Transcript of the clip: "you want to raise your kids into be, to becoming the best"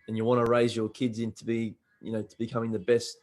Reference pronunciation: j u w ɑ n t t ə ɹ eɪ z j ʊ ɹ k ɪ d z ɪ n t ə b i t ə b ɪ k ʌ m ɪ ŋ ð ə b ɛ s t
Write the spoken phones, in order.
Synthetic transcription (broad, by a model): j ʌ w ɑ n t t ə ɹ eɪ z j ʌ ɹ k ɪ d z ɪ n t ə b i t ə b ɪ k ʌ m ɪ ŋ ð ə b ɛ s t